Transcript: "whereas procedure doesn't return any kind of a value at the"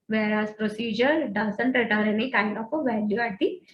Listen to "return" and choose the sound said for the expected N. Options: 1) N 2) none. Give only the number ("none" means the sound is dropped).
2